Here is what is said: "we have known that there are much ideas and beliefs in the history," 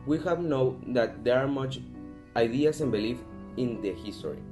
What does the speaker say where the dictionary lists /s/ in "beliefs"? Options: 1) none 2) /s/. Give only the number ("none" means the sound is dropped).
1